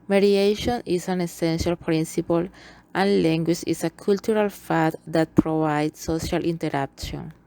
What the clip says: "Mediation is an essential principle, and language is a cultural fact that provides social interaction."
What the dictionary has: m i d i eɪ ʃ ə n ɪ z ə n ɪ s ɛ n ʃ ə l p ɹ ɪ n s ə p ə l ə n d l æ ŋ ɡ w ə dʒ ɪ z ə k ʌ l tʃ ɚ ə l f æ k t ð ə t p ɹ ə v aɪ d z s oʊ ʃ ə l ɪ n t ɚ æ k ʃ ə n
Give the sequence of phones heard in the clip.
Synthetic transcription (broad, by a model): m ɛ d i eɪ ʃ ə n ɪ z ə n ɪ s ɛ n ʃ ə l p ɹ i n s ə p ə l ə n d l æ ŋ ɡ w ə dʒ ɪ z ə k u l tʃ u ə l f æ t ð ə t p ɹ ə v aɪ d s s oʊ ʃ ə l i n t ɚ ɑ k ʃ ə n